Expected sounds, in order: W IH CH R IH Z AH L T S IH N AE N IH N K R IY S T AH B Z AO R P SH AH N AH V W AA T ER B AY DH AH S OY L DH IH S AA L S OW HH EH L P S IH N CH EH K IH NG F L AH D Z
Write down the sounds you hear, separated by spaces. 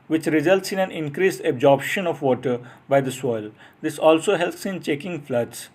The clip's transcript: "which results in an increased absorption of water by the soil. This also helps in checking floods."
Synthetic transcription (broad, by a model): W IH CH R IH Z AH L T S IH N AE N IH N K R IY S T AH B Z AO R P SH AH N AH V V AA T ER B AY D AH S OY L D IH S AA L S OW HH EH L P S IH N CH EH K IH NG F L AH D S